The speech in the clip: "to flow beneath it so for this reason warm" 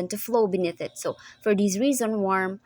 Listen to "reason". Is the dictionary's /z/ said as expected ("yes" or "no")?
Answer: yes